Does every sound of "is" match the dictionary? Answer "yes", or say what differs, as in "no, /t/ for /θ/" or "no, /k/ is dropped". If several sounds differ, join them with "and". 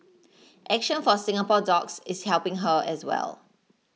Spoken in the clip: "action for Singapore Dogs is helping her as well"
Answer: no, /s/ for /z/